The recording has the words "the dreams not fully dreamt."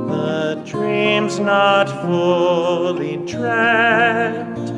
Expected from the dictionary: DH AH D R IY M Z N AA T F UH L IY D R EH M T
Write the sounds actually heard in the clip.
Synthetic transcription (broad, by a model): DH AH D R IY M Z N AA T F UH L IY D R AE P T